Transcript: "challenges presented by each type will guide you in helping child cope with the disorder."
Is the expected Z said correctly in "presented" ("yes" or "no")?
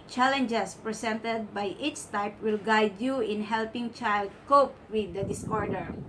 no